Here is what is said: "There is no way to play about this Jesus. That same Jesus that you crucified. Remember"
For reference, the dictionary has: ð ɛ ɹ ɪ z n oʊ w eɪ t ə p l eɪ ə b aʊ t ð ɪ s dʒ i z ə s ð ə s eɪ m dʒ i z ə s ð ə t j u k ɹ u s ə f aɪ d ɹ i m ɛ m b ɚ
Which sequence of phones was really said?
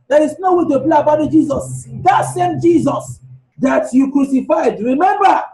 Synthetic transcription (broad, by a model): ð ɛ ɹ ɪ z n oʊ w eɪ t ə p l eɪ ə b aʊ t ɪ dʒ i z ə s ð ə s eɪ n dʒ i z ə s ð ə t j u k ɹ u s ə f aɪ d ɹ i m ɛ m b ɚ